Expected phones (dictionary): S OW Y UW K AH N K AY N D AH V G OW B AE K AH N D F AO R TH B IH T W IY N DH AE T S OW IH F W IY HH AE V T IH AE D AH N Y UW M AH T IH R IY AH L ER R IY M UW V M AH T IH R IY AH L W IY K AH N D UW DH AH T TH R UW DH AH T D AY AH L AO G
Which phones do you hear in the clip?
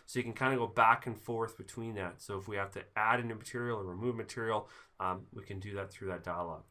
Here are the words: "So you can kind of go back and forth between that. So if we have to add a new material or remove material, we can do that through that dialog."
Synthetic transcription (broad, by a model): S OW Y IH K AH N K AY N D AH G OW B AE K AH N F AO R TH B IH T W IY N DH AE T S OW IH F W IY HH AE F T IH AE D AH N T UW M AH T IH R IY L ER R IY M UW V M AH T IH R IY L W IY K AH N D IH DH AH T TH R UW DH AH T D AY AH L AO